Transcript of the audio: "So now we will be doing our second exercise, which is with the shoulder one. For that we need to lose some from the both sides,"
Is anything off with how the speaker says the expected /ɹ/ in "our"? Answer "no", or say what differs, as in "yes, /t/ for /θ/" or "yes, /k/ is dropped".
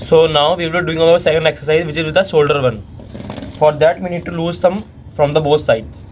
yes, /l/ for /ɹ/